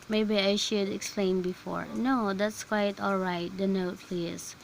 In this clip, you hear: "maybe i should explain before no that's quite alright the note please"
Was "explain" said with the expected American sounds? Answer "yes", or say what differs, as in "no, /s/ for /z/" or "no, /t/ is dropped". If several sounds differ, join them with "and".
yes